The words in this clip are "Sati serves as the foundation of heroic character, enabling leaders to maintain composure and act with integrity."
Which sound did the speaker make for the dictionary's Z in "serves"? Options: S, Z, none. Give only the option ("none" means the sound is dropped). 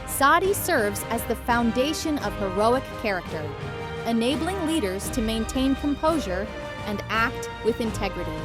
Z